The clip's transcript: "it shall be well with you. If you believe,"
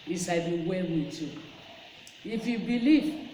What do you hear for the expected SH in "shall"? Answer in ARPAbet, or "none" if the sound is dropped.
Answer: S